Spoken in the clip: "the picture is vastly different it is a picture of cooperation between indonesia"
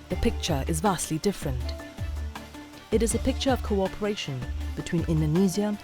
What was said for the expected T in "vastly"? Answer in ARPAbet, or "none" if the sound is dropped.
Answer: T